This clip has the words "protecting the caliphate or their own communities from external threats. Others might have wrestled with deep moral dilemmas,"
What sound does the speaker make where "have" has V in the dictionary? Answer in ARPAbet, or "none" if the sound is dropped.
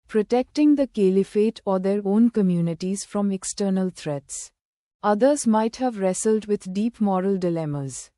V